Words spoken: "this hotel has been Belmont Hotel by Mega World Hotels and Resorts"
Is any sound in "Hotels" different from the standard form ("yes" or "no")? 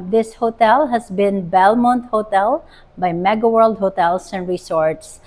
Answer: yes